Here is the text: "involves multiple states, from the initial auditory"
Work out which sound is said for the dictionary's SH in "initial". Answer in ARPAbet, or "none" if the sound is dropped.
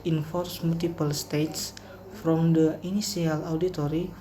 S